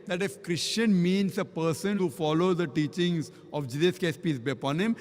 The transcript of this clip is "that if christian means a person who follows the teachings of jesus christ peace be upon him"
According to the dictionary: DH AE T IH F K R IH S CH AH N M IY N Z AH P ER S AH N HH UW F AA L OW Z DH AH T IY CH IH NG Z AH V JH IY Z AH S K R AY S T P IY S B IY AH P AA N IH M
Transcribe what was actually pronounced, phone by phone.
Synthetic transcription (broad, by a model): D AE T IH F K R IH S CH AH N M IY N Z AH P ER S AH N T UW F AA L OW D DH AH T IY CH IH NG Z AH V JH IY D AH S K AY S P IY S B IY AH P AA N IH M